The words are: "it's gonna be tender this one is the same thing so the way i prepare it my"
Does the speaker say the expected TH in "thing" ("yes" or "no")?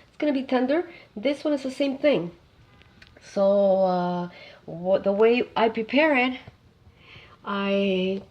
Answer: yes